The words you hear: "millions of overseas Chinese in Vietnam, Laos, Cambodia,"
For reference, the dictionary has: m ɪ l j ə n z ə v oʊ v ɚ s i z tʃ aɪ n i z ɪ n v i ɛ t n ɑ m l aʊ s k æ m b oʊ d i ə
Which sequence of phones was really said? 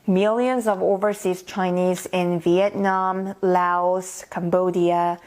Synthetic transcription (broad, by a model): m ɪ l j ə n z ə v oʊ v ɚ s i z tʃ aɪ n i z ɪ n v i ɛ t n ɑ m l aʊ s k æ m b oʊ d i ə